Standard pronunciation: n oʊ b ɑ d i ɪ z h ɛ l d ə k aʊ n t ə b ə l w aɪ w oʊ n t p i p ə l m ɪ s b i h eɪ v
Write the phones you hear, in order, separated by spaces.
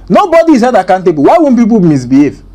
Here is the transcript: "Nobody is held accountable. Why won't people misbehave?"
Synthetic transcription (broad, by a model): n oʊ b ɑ d i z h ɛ d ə k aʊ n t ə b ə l w aɪ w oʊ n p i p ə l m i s b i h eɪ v